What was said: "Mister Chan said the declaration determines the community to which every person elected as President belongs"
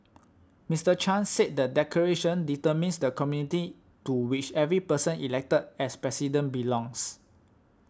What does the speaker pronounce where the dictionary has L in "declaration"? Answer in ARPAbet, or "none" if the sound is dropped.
none